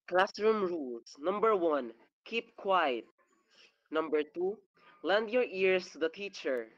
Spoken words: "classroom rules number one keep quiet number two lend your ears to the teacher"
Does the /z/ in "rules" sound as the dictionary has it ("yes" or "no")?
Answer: no